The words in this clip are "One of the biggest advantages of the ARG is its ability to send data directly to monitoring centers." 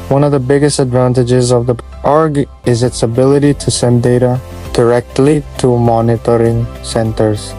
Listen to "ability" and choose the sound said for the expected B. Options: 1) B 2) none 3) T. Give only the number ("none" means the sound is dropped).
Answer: 1